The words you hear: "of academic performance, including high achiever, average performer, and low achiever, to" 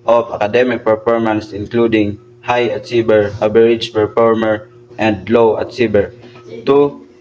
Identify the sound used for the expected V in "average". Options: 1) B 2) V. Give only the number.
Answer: 1